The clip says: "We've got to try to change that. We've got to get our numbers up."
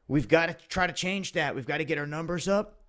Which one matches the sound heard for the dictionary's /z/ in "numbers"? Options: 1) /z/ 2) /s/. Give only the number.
1